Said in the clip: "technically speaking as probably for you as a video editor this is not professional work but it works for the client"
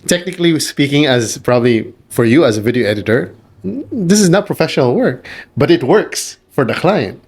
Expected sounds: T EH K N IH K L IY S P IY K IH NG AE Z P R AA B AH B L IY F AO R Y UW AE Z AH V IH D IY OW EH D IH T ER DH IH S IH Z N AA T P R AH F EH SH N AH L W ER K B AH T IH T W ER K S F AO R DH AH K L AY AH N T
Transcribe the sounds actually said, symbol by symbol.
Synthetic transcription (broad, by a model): T EH K N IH K L IY S P IY K IH NG AE Z P R AA B AH B L IY F AO R Y UW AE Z AH V IH D IY OW EH D IH T ER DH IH S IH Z N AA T P R AH F EH SH N AH L W ER K B AH T IH T W ER K S F AO R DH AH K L AY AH N T